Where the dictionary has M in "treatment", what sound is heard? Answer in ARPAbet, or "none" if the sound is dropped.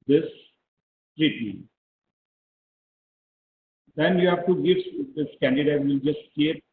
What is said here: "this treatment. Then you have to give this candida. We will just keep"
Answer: none